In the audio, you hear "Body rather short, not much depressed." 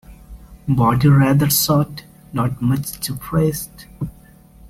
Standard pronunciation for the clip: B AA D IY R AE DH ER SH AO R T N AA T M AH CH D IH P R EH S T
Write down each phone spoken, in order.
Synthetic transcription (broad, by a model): B AA D IY R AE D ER S AO T N AA T M AH CH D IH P R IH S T